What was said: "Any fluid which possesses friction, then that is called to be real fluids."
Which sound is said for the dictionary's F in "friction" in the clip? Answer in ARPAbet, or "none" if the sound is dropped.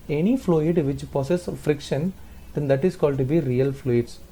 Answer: F